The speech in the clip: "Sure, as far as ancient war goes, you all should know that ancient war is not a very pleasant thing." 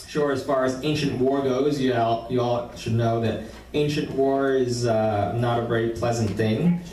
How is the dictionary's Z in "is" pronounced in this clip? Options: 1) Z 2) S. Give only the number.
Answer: 1